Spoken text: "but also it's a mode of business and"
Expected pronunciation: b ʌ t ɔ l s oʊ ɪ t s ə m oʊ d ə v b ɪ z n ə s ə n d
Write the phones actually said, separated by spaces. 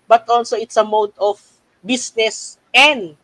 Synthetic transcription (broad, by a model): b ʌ t ɔ l s oʊ ɪ t s ə m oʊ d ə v b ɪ s n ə s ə n d